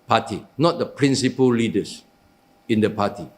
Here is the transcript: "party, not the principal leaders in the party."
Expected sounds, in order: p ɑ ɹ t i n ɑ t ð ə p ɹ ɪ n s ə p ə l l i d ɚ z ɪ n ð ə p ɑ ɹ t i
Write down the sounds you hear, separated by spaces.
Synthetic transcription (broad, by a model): p ɑ t i n ɑ t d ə p ɹ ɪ n s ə p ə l l i d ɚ s ɪ n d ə p ɑ t i